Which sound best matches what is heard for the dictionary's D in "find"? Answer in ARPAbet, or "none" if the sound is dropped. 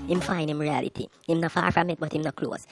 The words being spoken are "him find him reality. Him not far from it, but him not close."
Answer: none